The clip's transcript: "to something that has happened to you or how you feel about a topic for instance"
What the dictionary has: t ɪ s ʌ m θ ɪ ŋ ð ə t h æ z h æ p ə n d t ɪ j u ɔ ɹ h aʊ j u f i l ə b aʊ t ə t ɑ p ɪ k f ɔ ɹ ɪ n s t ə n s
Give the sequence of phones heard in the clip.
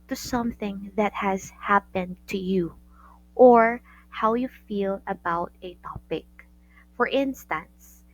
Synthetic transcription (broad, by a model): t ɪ s ʌ m θ ɪ ŋ ð ə t h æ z h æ p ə n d t ɪ j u ɔ ɹ h aʊ j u f i l ə b aʊ t ə t ɑ p ɪ k f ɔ ɹ ɪ n s t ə n s